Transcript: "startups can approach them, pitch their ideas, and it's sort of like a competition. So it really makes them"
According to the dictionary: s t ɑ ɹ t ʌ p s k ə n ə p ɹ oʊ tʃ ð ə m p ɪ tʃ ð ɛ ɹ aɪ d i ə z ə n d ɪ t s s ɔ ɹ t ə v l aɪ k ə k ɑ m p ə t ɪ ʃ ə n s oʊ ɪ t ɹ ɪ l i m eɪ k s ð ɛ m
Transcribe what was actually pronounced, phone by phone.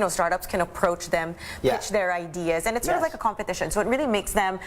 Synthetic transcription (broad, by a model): s t ɑ ɹ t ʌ p s k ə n ə p ɹ oʊ tʃ ð ə m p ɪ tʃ ð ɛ ɹ aɪ d i ə z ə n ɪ t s s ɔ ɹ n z l aɪ k ə k ɑ m p ə t ɪ ʃ ə n s oʊ ɪ t ɹ ɪ l i m eɪ k s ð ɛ m